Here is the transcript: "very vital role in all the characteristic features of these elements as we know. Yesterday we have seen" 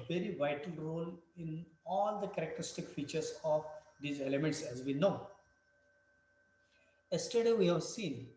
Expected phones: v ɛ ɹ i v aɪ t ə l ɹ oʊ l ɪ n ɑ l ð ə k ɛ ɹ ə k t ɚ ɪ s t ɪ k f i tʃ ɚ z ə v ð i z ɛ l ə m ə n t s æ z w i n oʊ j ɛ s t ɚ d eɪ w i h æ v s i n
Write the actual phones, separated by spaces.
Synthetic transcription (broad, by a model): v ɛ ɹ i v aɪ t ə l ɹ oʊ l ɪ n ɑ l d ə k ɛ ɹ ə k t ɚ ɪ s t ɪ k f i tʃ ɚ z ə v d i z ɛ l ə m ə n t s æ z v i n oʊ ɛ s t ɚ d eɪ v i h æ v s i n